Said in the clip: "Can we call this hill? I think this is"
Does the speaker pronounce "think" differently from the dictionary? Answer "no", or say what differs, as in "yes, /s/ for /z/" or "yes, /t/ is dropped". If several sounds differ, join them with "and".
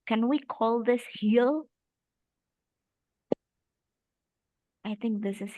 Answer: no